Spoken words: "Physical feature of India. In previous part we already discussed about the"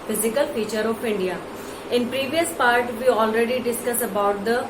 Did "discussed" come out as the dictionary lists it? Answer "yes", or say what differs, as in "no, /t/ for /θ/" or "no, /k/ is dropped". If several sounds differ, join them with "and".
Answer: no, /t/ is dropped